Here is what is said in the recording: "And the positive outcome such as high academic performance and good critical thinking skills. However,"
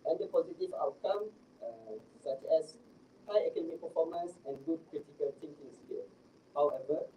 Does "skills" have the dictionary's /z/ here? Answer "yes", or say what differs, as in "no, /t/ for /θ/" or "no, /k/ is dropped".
no, /z/ is dropped